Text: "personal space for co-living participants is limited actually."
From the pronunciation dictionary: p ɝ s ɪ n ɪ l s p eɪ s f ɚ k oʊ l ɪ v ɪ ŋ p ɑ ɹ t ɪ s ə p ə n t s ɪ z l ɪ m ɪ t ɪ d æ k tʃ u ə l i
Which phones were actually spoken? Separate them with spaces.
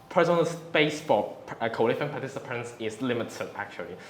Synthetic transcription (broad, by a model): p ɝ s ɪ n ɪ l s p eɪ s f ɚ k oʊ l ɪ f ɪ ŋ p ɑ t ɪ s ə p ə n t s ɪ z l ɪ m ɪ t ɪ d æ k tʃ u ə l i